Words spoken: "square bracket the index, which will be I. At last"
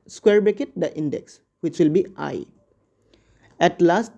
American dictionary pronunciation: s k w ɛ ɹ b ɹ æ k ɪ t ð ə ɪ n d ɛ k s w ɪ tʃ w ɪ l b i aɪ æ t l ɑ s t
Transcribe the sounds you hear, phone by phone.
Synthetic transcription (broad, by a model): s k w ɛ ɹ b ɛ k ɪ t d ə ɪ n d ɛ k s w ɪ tʃ w ɪ l b i aɪ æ t l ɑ s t